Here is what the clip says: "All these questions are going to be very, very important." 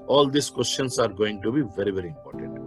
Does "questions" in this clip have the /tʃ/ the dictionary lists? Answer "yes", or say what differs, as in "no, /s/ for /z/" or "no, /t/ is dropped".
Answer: no, /ʃ/ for /tʃ/